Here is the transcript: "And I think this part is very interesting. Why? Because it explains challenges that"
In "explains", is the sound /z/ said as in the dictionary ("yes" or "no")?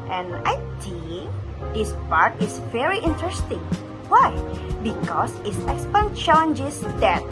no